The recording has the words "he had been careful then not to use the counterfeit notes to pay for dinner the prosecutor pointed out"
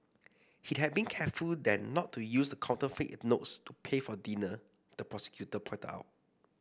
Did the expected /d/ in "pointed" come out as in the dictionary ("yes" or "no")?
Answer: no